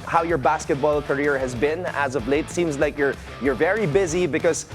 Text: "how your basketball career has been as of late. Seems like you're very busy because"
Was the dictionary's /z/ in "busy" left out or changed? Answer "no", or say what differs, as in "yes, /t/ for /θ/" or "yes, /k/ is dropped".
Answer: no